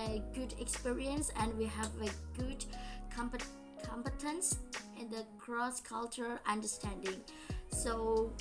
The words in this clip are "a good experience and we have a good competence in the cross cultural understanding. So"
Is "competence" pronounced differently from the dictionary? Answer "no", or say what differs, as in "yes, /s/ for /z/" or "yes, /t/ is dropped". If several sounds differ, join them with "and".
no